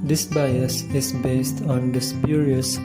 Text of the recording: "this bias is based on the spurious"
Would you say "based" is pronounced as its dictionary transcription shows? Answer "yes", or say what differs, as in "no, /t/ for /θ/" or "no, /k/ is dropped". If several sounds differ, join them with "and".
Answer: yes